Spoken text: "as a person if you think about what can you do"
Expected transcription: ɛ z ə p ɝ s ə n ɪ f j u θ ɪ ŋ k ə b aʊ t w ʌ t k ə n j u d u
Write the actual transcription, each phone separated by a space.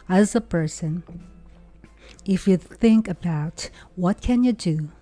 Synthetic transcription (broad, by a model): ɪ z ə p ɝ s ə n ɪ f j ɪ θ ɪ ŋ k ə b aʊ t w ʌ t k ə n j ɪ d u